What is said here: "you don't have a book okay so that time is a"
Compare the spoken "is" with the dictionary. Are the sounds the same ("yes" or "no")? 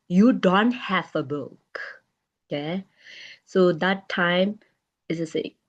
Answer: no